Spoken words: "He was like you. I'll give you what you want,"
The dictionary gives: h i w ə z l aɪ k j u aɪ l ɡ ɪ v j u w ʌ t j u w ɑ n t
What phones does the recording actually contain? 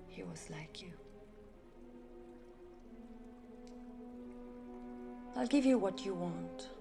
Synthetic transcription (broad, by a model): h i w ə z l aɪ k j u aɪ l ɡ ɪ v j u w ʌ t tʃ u w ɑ n t